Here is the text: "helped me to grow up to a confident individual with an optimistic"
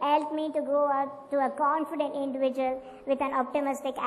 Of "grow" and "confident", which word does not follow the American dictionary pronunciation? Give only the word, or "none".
grow